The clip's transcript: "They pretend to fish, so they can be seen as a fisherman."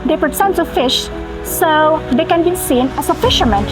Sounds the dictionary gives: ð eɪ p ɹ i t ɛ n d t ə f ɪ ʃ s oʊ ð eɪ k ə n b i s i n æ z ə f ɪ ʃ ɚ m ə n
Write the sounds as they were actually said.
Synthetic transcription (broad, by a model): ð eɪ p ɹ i s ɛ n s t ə f ɪ ʃ s oʊ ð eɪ k ə n b i s i n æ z ə f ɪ ʃ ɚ m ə n